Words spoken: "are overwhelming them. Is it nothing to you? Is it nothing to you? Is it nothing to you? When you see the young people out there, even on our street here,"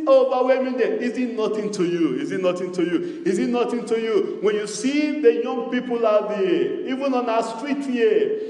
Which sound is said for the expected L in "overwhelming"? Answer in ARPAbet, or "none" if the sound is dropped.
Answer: none